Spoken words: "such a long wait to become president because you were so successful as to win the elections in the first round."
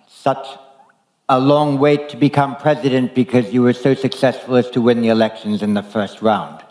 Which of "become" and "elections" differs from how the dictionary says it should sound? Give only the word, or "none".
none